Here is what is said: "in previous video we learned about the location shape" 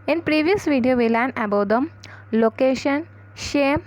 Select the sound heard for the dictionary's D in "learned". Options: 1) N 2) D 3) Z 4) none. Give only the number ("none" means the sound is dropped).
4